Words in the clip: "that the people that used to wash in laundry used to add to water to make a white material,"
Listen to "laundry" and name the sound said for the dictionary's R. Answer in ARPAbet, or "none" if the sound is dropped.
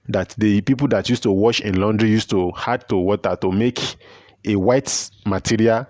R